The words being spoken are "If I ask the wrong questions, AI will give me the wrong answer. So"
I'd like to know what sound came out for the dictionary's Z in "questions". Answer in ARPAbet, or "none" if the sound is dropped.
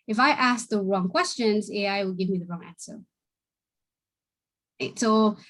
Z